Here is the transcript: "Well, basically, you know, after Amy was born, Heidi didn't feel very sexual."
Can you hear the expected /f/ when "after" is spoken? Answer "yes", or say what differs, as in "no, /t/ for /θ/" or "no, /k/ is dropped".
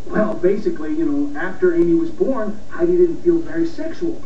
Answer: yes